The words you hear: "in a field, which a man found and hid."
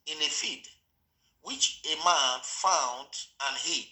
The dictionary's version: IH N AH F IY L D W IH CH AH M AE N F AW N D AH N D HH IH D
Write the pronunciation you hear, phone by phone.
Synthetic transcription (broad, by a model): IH N AH F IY D W IH CH AH M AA N F AW N D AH N HH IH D